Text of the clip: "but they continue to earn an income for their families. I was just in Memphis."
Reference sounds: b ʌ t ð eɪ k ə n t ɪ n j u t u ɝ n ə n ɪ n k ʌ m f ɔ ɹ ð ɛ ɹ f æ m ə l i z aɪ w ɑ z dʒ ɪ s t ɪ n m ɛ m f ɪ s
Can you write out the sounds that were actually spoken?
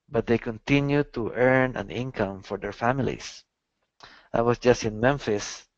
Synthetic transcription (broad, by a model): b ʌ t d eɪ k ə n t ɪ n j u t u ɝ n ə n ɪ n k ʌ m f ɔ ɹ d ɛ ɹ f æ m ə l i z aɪ w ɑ s dʒ ɪ s t ɪ n m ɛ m f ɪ s